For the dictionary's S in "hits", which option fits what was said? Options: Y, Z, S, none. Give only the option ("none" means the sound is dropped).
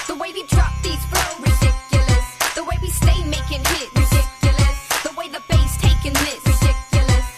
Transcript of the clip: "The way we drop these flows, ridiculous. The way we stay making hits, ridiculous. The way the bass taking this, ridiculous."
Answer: none